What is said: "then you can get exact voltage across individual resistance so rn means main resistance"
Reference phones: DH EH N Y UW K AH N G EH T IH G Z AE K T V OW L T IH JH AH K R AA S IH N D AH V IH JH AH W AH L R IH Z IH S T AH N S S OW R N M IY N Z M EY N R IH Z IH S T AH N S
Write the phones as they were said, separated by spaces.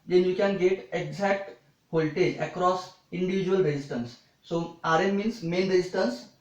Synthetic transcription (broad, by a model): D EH N Y UW K AH N G EH T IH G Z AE K T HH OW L T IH AH K R AA S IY N D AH V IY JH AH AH L R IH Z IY S T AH N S S OW R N M IY N S M EY N R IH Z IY S T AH N S